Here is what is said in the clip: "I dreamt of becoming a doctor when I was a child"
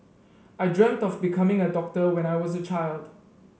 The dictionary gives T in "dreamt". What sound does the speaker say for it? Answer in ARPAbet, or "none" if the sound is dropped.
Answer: T